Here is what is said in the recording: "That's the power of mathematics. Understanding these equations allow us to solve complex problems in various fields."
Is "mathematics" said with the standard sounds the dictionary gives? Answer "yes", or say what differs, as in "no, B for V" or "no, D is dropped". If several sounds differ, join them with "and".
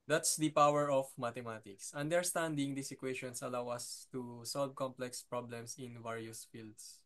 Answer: no, T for TH